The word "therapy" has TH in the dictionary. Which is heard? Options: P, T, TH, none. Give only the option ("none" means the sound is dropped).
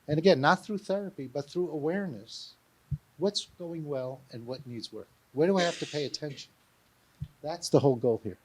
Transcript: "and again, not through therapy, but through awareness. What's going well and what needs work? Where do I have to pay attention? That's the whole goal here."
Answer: TH